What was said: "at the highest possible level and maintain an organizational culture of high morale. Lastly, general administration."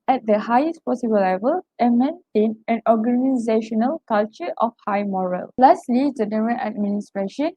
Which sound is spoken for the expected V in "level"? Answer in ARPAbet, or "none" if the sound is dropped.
V